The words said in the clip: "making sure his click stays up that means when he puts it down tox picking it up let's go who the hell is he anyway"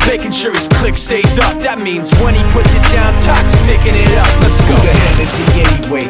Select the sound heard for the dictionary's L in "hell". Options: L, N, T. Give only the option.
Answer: N